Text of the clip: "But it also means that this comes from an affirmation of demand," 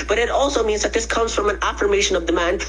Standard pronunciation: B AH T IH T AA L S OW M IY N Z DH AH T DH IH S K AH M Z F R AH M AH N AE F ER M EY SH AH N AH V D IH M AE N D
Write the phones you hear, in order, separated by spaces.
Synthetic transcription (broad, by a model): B AH T IH T AA L S OW M IY N Z DH AH T DH IH S K AH M Z F R AH M AH N AE F ER M EY SH AH N AH V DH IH M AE N